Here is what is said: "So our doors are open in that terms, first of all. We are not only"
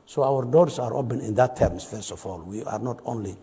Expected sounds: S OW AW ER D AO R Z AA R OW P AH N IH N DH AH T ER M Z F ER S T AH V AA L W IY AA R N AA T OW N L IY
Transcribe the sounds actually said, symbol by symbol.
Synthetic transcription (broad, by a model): S OW AW ER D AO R S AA R OW P AH N IH N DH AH T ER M S F ER S T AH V AA L W IY AA R N AA T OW N L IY